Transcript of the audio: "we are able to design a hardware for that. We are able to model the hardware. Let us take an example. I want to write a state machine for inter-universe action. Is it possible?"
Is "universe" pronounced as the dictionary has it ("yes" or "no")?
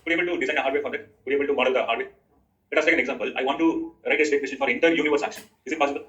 yes